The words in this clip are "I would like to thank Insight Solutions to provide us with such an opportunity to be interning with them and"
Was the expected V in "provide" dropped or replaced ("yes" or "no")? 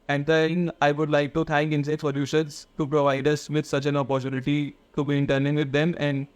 no